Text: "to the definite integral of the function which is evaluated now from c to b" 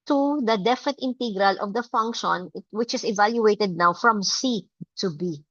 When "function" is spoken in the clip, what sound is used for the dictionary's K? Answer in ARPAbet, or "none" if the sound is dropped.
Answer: K